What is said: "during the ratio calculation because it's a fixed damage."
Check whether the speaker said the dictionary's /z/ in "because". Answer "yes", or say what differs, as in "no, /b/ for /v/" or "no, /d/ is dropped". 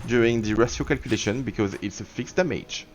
yes